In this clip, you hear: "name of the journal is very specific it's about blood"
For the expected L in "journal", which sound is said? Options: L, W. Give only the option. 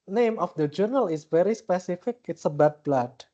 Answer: L